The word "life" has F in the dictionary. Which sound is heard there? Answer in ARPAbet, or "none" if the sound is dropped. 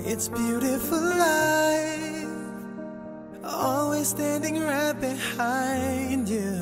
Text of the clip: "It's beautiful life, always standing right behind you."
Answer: none